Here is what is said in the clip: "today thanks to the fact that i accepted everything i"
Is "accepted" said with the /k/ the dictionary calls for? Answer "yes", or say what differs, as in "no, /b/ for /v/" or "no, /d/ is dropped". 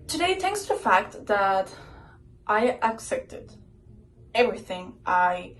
yes